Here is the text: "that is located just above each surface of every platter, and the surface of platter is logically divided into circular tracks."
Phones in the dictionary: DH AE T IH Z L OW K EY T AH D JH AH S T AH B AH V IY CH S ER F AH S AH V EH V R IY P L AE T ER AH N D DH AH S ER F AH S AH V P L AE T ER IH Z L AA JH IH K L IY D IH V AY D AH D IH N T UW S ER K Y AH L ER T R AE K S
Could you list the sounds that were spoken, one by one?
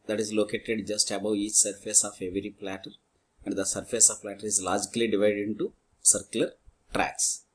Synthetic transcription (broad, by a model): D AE T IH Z L OW K EY T AH D JH AH S T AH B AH W IY CH S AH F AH S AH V EH V R IY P L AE T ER AH N D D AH S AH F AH S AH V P L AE T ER IH Z L AA JH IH K L IY D IH V AY D AH D IH N T UW S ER K Y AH L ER T R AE K S